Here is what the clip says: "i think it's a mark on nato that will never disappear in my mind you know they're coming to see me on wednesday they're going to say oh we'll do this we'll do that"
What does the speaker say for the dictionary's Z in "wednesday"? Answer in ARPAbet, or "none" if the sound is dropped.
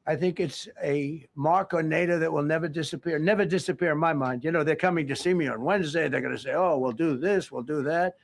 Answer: Z